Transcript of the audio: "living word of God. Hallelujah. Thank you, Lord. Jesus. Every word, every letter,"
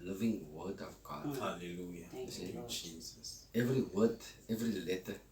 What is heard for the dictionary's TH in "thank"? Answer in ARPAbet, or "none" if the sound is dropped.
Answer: S